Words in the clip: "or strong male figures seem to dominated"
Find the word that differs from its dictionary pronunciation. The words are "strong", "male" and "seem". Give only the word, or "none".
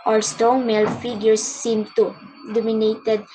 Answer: strong